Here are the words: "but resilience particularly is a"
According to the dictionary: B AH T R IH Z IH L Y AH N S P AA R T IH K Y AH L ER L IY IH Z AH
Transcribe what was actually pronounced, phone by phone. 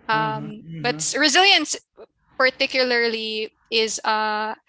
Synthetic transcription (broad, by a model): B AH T R IH Z IH L Y AH N S P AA R T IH K Y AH L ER L IY IH Z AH